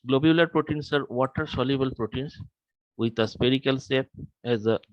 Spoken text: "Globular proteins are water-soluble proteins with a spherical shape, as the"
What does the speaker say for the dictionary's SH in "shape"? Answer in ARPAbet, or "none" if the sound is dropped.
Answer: S